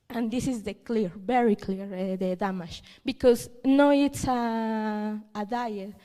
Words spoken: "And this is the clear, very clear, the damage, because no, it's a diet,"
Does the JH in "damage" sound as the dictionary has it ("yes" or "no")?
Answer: no